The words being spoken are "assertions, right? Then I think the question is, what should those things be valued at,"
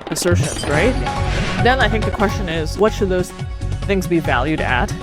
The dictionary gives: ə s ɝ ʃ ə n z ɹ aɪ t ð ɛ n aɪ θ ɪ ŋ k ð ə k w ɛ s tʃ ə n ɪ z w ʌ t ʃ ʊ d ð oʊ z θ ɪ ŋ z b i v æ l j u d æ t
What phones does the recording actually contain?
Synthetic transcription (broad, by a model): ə s ɝ ʃ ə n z ɹ aɪ t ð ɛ n aɪ θ ɪ ŋ k ð ə k w ɛ s tʃ ə n ɪ z w ʌ t ʃ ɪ d ð oʊ z θ ɪ ŋ z b i v æ l j u d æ t